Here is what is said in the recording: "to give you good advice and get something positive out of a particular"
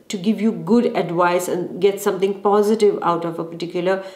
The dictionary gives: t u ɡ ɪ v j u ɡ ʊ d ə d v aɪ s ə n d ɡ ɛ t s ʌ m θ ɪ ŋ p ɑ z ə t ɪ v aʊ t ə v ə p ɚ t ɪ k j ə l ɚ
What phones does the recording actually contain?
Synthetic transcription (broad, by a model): t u ɡ ɪ v j u ɡ ʊ d ə d v aɪ s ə n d ɡ ɛ t s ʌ m t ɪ ŋ p ɑ z ə t ɪ v aʊ t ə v ə p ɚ t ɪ k j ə l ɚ